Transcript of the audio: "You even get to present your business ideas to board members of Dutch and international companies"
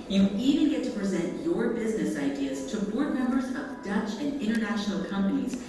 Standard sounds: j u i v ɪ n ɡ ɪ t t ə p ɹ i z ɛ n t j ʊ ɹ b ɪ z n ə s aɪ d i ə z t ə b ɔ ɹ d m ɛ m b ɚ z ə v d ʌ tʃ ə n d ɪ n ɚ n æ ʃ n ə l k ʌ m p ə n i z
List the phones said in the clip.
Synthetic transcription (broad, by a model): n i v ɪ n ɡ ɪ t t ə p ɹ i z ɛ n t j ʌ ɹ b ɪ z n ə s aɪ d i ə z t ə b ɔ ɹ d m ɛ m b ɚ z ə v d ʌ tʃ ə n ɪ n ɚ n æ ʃ n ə l k ʌ m p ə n i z